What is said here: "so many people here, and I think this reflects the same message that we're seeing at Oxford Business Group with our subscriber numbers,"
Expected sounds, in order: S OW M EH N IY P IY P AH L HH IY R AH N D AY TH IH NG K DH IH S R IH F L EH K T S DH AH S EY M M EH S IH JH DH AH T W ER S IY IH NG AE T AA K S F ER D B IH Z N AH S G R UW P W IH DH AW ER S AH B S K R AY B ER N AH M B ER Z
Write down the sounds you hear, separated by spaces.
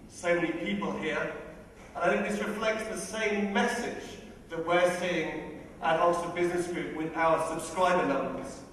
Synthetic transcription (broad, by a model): S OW M EH N IY P IY P AH L HH IY R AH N AY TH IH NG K DH IH S R IH F L EH K T S DH AH S EY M M EH S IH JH DH AH T W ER S IY IH NG T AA S ER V B IH Z N AH S G R UW P W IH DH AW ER S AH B S K R AY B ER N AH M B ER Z